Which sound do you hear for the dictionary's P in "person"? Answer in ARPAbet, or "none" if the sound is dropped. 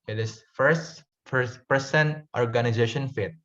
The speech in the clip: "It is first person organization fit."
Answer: F